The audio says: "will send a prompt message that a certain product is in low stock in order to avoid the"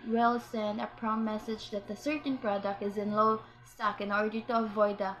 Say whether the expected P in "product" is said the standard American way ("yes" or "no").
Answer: yes